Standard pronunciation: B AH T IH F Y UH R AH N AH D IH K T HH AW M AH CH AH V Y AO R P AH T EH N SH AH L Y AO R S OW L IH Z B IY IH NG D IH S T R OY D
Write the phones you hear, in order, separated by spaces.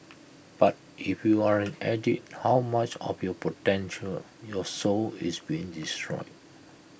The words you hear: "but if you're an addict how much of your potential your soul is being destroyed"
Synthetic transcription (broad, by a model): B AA T IH F Y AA R AH N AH D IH T HH AW M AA CH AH F Y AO P AH T EH N SH AH L Y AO S OW L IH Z B IY IH NG D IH S T R OY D